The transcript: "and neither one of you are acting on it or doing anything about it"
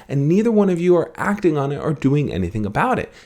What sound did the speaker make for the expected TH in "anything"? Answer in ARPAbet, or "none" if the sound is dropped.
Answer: TH